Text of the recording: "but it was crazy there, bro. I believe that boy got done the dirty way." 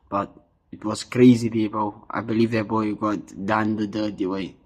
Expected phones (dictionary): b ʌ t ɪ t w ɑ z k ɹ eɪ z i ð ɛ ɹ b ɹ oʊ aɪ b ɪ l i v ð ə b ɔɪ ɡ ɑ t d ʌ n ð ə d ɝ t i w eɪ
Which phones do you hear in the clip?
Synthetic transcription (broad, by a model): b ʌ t ɪ t w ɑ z k ɹ eɪ z i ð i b oʊ aɪ b ɪ l i v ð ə b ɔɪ ɡ ɑ t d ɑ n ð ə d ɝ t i w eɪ